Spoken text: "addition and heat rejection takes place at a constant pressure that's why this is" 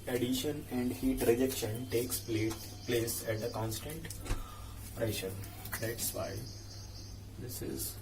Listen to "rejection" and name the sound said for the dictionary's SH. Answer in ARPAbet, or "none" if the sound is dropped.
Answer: SH